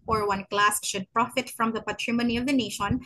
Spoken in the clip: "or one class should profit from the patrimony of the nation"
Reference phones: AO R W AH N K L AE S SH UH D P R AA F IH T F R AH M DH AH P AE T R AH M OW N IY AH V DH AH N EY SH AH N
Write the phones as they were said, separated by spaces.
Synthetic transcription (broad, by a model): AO R W AH N K L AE S SH UH D P R AA F IH T F R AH M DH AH P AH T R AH M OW N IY AH V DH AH N EY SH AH N